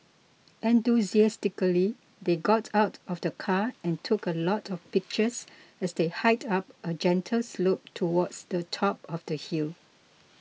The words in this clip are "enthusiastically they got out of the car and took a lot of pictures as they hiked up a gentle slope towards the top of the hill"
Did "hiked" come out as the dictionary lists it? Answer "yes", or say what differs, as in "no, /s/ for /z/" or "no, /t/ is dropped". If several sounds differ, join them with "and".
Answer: no, /k/ is dropped